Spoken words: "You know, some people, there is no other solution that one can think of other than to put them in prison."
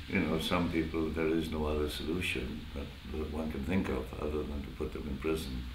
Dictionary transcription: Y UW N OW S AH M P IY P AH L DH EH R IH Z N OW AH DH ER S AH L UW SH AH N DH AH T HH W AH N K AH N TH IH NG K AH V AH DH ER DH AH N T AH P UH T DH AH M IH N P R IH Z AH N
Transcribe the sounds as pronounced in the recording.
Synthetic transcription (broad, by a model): Y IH N OW S AH M P IY P L DH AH R IH Z N OW AH DH ER S AH L UW SH AH N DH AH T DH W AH N K AH N TH IH NG K AH V AH DH ER DH AH N T AH P UH T DH AH M IH N P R IH Z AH N